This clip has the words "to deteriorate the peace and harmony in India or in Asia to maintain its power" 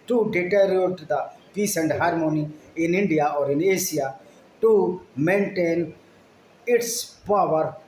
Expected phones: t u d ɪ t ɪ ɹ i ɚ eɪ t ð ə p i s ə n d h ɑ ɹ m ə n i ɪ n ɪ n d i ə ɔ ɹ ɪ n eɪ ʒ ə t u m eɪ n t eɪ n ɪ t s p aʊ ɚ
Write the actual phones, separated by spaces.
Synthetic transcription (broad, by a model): t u d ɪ t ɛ ɹ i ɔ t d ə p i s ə n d h ɑ ɹ m ə n i ɪ n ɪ n d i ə ɔ ɹ ɪ n eɪ s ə t u m eɪ n t eɪ n ɪ t s p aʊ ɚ